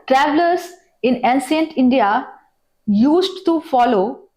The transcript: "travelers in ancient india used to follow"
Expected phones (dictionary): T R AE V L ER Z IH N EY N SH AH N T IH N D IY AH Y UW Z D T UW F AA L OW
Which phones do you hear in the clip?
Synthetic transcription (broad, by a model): T R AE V L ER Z IH N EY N S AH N T IH N D IY AH Y UW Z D T UW F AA L OW